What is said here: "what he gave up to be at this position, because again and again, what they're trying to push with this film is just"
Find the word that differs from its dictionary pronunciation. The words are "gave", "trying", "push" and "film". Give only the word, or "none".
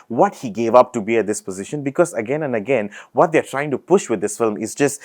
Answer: none